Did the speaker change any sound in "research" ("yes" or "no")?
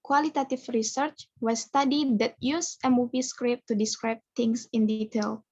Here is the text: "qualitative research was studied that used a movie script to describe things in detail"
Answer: no